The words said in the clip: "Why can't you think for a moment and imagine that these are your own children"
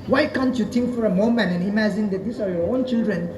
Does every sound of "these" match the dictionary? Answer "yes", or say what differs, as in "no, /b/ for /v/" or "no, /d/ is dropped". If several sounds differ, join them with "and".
no, /s/ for /z/